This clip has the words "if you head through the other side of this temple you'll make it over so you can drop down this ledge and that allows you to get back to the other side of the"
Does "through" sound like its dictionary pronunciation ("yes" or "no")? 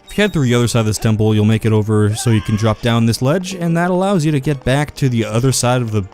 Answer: yes